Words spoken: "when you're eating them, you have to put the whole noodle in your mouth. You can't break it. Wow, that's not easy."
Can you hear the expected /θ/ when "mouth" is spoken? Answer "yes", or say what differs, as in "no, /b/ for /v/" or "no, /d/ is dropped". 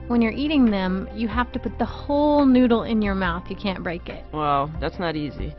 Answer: yes